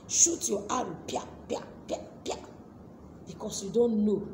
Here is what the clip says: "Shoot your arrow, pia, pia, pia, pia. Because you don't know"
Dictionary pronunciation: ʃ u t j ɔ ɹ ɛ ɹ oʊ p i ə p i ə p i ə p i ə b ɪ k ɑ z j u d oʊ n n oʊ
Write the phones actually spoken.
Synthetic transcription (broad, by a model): ʃ u t j ɔ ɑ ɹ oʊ p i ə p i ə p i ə p i ə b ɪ k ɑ s j u d oʊ n n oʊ